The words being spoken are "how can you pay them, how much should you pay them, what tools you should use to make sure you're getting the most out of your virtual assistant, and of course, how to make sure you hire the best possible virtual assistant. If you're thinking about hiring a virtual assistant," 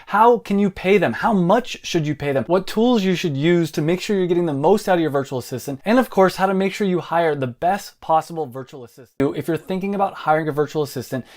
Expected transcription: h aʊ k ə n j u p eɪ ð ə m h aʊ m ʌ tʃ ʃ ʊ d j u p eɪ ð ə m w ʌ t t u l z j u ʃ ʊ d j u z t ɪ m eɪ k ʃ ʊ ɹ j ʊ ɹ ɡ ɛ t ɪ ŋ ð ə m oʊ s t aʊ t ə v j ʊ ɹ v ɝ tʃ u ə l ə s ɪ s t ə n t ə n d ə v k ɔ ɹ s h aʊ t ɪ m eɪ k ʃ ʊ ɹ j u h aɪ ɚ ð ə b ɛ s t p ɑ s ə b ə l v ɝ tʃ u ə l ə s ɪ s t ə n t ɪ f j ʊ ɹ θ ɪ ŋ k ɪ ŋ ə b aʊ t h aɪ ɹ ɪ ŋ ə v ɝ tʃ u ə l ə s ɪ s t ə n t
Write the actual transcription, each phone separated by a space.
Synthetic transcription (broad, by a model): h aʊ k ə n j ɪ p eɪ ð ə m h aʊ m ʌ tʃ ʃ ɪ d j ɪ p eɪ ð ə m w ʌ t t u l z j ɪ ʃ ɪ d j u z t ɪ m eɪ k ʃ ʊ ɹ j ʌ ɹ ɡ ɛ t ɪ ŋ ð ə m oʊ s t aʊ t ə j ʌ ɹ v ɝ tʃ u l ə s ɪ s t ə n t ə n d ə v k ɔ ɹ s h aʊ t ɪ m eɪ k ʃ ʊ ɹ j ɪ h aɪ ɚ ð ə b ɛ s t p ɑ s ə b l v ɝ tʃ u l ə s ɪ s t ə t ɪ f j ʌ ɹ θ ɪ ŋ k ɪ ŋ ə b aʊ t h aɪ ɹ ɪ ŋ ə v ɝ tʃ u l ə s ɪ s t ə n t